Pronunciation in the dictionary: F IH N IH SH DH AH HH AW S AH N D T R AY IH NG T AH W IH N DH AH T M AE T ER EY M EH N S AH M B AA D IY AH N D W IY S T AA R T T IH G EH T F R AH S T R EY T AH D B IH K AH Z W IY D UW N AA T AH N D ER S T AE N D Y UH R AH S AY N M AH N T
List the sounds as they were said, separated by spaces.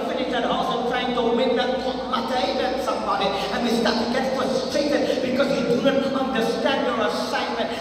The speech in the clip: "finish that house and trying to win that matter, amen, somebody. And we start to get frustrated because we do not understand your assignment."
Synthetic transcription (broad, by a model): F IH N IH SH DH AH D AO S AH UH T R AY IH NG T AH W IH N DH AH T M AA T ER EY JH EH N S AH M B AA D IY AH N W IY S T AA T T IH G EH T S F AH S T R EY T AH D B IH K AH Z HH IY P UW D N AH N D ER S T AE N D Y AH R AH S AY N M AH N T